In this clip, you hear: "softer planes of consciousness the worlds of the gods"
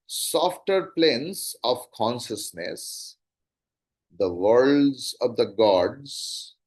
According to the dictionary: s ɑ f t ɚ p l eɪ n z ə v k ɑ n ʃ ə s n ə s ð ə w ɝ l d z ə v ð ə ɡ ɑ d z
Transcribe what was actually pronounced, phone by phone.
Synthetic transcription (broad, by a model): s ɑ f t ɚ p l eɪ n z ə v k ɑ n ʃ ə s n ə s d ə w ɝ l d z ə v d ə ɡ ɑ d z